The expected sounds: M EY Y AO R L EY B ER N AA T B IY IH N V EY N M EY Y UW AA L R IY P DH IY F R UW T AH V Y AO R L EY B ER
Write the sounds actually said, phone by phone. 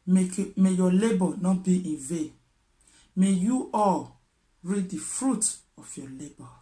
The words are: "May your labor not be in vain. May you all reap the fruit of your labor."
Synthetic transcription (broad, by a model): M EY Y AO L EY B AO N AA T B IY IH N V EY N M EY Y UW AA L R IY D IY F R UW T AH F Y AO L EY B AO